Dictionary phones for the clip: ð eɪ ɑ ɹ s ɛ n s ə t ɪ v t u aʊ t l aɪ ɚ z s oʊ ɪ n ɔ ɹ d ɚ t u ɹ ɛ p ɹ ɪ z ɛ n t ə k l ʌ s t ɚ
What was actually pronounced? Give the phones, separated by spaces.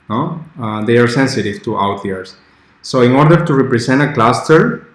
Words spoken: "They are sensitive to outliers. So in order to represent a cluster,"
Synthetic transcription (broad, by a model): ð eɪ ɑ ɹ s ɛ n s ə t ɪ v t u aʊ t ɛ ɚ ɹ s oʊ ɪ n ɔ ɹ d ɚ t u ɹ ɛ p ɹ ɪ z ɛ n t ə k l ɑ s t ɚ